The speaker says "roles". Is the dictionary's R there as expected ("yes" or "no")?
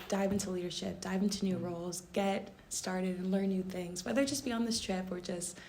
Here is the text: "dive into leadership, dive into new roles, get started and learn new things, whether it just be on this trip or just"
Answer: yes